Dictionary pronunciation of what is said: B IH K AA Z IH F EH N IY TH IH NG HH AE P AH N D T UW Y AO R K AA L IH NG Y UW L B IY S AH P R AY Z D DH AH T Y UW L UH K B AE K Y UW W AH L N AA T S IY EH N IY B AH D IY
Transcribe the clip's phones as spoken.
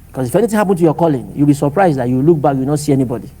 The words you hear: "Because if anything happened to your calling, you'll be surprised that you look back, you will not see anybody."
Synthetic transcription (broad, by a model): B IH K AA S IH F EH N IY T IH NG HH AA P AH N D T UW Y AO K AA L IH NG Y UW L B IY S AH P R AY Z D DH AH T Y UW L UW K B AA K Y UW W N AA T S IY EH N IY B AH D IY